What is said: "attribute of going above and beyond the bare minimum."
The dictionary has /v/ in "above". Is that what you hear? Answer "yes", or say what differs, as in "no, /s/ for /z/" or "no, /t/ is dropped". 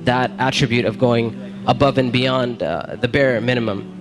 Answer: yes